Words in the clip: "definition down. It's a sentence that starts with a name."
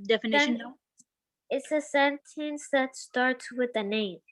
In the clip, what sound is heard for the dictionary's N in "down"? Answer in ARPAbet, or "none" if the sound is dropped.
none